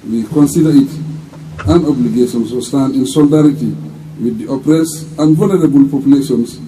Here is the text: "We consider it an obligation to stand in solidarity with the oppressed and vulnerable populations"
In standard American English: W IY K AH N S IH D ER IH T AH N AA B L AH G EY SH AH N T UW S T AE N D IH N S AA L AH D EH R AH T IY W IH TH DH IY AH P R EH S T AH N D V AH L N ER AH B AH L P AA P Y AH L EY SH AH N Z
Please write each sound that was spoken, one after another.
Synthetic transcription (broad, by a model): W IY K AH N S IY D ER IH T AH N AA B L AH G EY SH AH N S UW S T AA N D IH N S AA L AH D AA R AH T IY W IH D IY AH P R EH S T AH N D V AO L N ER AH B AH L P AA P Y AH L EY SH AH N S